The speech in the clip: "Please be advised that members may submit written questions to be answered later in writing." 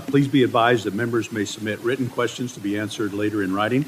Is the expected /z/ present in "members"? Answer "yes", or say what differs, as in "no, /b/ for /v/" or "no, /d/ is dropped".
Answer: yes